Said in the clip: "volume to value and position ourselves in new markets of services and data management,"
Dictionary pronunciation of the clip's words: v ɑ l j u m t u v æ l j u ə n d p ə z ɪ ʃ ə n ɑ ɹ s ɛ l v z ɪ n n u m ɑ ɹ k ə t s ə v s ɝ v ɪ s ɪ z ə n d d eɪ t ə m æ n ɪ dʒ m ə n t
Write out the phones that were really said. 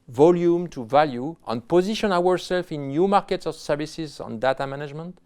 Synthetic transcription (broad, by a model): v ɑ l j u m t u v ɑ l j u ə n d p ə z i ʃ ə n ɑ ɹ s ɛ l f ɪ n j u m ɑ ɹ k ə t s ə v s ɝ v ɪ s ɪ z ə n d d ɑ t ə m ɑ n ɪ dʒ m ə n t